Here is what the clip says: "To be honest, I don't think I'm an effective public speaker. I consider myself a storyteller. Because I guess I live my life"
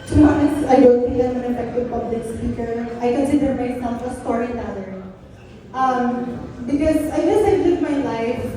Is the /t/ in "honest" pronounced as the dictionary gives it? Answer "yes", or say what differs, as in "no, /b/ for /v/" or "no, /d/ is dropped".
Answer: no, /t/ is dropped